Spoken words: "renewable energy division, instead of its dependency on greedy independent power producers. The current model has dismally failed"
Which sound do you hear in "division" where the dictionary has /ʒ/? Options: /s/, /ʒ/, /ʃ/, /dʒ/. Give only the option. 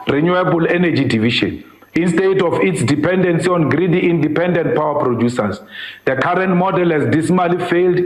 /ʃ/